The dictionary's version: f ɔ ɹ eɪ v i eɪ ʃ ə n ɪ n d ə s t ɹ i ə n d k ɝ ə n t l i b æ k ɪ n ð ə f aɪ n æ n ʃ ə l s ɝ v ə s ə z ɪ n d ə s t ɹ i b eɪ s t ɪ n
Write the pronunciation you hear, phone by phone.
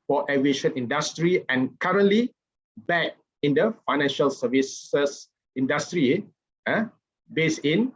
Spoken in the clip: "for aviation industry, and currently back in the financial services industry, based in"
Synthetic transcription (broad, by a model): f ɔ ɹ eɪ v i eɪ ʃ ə n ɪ n d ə s t ɹ i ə n k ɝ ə n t l i b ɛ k ɪ n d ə f aɪ n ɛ n ʃ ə l s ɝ v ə s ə s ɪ n d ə s t ɹ i b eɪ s ɪ n